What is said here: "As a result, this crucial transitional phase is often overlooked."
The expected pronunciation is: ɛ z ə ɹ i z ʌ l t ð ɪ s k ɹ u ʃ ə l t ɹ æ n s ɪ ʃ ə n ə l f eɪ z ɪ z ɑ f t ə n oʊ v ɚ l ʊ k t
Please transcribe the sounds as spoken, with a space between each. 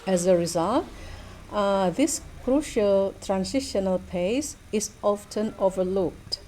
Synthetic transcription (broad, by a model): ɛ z ə ɹ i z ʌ l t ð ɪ s k ɹ u ʃ ə l t ɹ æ n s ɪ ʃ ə n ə l p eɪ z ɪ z ɑ f t ə n oʊ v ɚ l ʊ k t